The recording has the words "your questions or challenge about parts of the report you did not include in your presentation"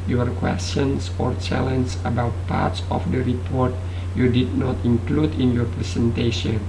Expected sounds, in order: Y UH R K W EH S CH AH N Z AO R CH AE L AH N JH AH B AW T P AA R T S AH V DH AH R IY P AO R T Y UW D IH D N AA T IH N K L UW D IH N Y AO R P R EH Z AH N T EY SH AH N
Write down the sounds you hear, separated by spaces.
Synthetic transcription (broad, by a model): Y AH R K W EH S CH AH N S AO R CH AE L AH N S AH B AW T P AA R T S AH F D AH R IY P AO R T Y UW D IH D N AA T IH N K L UW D IH N Y AO R P R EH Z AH N T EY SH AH N